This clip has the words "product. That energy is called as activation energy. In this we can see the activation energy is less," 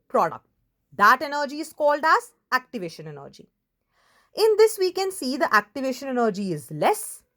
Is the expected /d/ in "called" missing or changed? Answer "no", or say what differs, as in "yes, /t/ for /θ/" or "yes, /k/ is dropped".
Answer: no